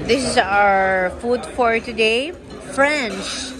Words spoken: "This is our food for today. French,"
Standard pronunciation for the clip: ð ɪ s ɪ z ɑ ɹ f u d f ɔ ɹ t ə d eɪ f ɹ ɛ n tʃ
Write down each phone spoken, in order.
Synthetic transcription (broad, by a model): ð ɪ s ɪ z ɑ ɹ f u d f ɔ ɹ t ə d eɪ f ɹ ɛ n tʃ